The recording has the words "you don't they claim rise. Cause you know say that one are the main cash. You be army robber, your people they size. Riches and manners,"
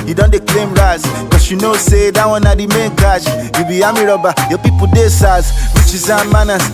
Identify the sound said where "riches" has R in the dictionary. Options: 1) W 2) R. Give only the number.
1